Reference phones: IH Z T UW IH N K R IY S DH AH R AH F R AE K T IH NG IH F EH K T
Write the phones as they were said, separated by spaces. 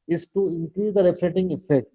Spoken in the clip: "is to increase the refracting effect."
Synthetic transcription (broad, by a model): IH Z T UW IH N K R IY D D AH R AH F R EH T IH NG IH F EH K T